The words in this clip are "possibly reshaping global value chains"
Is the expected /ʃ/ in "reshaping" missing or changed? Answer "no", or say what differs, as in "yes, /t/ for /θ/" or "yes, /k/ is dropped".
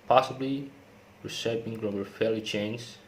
yes, /s/ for /ʃ/